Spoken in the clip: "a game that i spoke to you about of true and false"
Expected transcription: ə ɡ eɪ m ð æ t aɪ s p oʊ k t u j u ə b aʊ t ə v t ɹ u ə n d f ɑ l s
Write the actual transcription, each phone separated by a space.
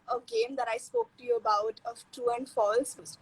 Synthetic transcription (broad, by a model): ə ɡ eɪ m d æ t aɪ s p oʊ k t u j u ə b aʊ t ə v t u ə n d f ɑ l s